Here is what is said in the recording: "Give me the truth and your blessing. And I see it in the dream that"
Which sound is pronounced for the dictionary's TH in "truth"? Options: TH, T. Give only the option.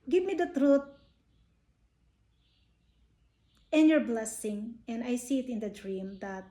T